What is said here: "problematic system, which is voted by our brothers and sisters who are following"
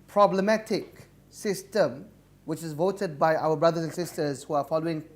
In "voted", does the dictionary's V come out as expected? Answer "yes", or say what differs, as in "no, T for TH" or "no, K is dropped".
yes